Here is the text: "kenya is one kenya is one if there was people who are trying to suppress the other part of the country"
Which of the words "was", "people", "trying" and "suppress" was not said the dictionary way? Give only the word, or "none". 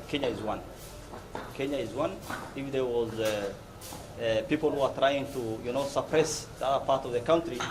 none